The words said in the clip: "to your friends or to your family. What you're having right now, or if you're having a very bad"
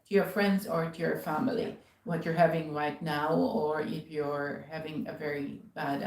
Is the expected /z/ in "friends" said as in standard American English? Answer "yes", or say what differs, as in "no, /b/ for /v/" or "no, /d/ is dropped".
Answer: yes